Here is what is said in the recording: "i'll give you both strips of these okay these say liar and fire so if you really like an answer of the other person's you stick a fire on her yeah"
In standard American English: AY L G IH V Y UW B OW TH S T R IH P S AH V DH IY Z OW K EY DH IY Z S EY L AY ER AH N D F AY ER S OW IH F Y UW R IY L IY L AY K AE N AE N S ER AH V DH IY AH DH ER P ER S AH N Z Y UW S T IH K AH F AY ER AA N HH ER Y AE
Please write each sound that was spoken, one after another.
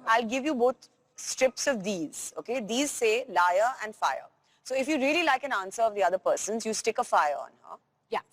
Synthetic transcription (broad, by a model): AY L G IH V Y UW B OW T S T R IH P S AH V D IY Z OW K EY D IY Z S EY L AY ER AH N D F AY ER S OW IH F Y UW R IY L IY L AY K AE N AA N S ER AH V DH IY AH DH ER P ER S AH N Z Y UW S T IH K AH F AY ER AA N HH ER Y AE